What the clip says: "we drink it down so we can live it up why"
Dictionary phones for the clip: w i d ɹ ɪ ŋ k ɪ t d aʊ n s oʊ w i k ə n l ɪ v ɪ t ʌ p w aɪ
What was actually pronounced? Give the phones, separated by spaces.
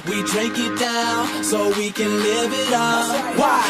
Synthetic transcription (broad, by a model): w i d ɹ ɪ k ɪ t d aʊ n s oʊ w i k ə n l ɪ v ɪ t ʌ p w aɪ